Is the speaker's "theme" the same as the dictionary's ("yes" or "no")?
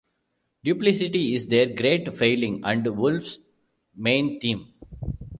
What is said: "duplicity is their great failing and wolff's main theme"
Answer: no